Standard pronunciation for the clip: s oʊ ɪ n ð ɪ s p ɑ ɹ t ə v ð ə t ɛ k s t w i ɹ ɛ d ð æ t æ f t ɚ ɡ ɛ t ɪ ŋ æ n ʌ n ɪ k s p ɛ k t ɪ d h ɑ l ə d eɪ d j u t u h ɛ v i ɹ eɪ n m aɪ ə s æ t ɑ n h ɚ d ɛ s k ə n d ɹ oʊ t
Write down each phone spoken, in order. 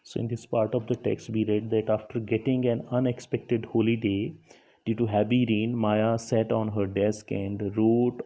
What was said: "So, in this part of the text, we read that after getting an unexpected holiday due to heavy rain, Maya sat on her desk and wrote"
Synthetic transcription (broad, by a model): s oʊ ɪ n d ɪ s p ɑ ɹ t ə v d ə t ɛ k s t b i ɹ ɛ d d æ t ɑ f t ɚ ɡ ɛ t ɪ ŋ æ n ʌ n ɪ k s p ɛ k t ɪ d h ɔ l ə d eɪ d j u t u h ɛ b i ɹ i n m aɪ ə s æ t ɑ n h ɚ d ɛ s k ə n d ɹ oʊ t